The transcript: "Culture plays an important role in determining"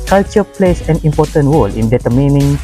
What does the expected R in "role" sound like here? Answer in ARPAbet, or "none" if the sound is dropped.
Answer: W